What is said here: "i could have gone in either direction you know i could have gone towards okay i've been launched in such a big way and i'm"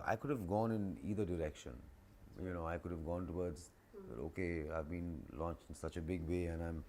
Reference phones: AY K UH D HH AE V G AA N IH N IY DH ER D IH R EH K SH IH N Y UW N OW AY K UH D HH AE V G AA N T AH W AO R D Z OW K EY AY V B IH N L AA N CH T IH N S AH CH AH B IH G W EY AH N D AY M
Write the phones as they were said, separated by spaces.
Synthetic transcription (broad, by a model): AY K UH D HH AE V G AA N IH N IY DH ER D IH R EH K SH IH N Y UW N OW AY K UH D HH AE V G AA N T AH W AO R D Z OW K EY AY V B IH N L AA N CH IH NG S AH CH AH B IH G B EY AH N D AY M